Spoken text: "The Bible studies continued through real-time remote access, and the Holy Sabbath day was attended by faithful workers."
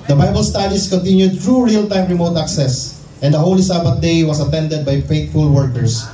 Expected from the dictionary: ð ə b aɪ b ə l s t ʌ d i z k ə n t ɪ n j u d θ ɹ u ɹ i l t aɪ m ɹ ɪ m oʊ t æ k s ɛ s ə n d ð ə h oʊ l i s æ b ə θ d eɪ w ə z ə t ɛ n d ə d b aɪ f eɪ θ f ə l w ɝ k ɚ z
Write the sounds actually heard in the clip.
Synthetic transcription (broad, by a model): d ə b aɪ b ə l s t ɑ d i s k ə n t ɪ n j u d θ ɹ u ɹ i l t aɪ m ɹ ɪ m oʊ t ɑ k s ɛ s ə n d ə h oʊ l i s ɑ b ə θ d eɪ w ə s ə t ɛ n d ə d b aɪ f eɪ t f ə l w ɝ k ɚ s